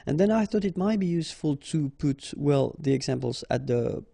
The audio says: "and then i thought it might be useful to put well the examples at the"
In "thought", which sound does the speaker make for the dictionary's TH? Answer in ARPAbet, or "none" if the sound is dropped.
TH